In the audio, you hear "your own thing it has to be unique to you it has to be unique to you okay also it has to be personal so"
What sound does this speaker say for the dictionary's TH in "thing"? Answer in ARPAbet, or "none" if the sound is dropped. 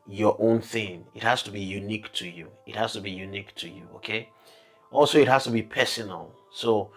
TH